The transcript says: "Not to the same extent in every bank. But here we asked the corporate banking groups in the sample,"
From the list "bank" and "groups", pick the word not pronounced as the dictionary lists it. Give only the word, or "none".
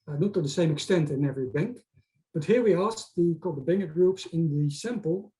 none